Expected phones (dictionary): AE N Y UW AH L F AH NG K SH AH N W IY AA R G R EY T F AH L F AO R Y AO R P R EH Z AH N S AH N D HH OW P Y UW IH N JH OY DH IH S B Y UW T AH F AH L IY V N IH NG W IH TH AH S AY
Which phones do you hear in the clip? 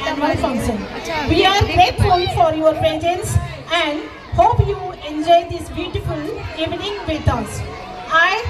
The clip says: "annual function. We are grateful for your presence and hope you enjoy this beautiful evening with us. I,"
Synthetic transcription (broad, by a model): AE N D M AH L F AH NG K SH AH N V IY AA R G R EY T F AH L F AO R Y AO R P EH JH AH N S AH N D HH OW P Y UW IH N JH OY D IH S B Y UW T AH F AH L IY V N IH NG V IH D AH S AY